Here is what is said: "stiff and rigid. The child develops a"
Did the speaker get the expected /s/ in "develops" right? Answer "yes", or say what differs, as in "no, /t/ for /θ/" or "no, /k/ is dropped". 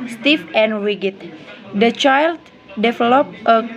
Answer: no, /s/ is dropped